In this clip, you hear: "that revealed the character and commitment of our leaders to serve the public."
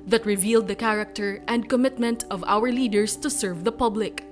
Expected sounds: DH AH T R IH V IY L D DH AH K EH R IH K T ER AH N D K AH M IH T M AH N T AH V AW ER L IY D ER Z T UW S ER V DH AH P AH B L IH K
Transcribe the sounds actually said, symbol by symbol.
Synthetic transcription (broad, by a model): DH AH T R IH V IY L D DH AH K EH R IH K T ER AH N D K AH M IH T M AH N T AH V AW ER L IY D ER S T UW S ER V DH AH P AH B L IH K